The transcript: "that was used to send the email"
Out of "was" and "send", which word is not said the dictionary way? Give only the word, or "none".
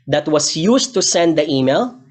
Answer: was